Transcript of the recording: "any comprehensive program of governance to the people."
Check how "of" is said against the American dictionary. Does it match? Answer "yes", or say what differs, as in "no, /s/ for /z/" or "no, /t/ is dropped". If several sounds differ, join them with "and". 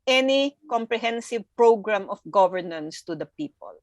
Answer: no, /f/ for /v/